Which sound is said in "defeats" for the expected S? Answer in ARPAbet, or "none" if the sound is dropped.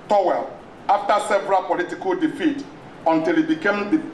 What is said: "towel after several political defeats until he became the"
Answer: none